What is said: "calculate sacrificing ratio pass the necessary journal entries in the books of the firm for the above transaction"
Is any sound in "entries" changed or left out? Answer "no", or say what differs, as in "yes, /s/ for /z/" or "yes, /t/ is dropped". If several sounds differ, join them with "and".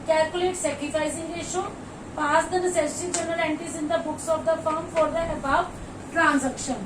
yes, /ɹ/ is dropped